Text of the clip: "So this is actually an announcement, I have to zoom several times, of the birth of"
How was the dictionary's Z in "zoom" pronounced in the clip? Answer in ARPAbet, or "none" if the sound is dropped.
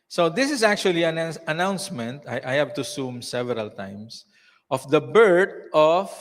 S